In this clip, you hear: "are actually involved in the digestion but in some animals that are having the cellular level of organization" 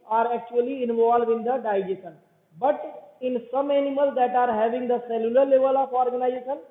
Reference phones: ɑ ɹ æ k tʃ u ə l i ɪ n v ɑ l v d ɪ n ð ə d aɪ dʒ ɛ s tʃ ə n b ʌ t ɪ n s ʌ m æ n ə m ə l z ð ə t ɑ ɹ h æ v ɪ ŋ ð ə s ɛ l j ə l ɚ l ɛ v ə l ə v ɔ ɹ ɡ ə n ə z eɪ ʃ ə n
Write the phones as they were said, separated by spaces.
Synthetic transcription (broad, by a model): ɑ ɹ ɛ k tʃ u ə l i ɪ n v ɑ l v ɪ n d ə d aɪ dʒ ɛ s ə n b ʌ t ɪ n s ʌ m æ n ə m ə l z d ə t ɑ ɹ h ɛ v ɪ ŋ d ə s ɛ l j ə l ɚ l ɛ v ə l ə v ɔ ɹ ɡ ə n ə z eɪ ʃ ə n